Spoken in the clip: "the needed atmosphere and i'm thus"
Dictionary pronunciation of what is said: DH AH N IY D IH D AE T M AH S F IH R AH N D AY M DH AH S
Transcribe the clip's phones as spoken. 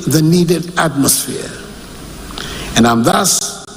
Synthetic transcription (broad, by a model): DH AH N IY D IH D AE T M AH S F IH R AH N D AY M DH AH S